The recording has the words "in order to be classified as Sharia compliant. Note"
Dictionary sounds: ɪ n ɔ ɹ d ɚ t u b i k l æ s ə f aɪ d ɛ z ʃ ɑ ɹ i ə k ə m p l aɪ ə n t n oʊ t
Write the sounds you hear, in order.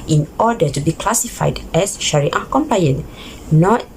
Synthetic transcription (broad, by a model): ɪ n ɔ d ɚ t u b i k l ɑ s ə f aɪ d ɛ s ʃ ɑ ɹ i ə k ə m p aɪ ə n n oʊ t